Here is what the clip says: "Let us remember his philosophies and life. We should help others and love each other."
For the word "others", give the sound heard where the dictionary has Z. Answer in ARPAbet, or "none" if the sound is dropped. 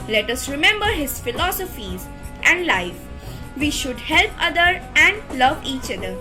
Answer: none